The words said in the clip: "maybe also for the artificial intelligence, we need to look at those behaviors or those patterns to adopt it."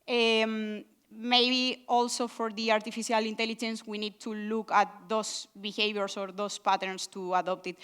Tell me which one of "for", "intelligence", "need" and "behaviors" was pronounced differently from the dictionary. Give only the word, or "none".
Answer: behaviors